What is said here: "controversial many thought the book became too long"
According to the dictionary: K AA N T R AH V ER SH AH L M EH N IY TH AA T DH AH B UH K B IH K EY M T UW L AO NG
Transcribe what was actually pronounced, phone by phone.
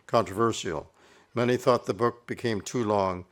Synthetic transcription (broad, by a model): K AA N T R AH V ER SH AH L M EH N IY TH AA T DH AH B UH K B IH K EY M T UW L AO NG